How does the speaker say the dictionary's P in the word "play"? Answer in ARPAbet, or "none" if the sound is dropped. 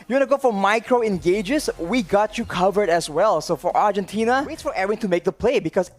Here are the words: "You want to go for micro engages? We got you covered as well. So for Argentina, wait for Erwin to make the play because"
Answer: P